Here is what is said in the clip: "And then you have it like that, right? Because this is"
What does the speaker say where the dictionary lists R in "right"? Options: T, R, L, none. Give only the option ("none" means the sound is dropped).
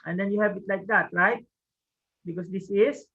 L